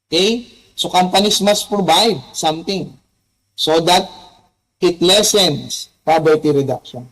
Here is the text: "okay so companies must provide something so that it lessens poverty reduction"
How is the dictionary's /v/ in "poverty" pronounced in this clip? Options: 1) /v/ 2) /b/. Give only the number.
2